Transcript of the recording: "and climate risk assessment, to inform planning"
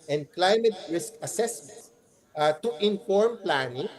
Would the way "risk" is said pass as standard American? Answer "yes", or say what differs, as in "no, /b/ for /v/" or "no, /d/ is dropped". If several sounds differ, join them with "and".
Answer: yes